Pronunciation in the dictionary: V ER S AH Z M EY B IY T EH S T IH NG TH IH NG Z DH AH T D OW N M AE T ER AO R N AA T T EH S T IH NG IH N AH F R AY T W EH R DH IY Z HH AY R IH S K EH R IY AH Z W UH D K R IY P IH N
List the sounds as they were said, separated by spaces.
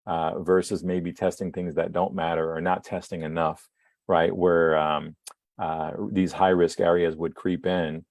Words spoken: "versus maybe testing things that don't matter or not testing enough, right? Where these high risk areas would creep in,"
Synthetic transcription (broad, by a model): V ER S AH Z M EY B IY T EH S T IH NG TH IH NG Z DH AH T D OW N M AE T ER R N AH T T EH S T IH NG IH N AH F R AY T W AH R DH IY Z HH AY R IH S K EH R IY AH Z W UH D K R IY P IH N